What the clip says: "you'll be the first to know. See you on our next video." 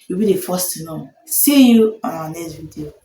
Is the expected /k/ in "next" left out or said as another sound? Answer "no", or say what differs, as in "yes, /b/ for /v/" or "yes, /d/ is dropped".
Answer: yes, /k/ is dropped